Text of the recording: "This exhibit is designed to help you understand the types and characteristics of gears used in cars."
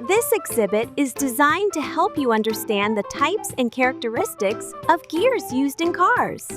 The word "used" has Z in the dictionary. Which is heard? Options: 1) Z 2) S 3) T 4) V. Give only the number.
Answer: 1